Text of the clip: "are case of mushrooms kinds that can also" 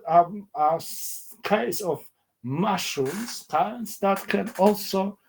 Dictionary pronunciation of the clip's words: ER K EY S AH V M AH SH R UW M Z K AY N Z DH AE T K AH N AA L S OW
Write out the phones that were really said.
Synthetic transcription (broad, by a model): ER K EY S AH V M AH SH UW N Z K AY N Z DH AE T K AH N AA L S OW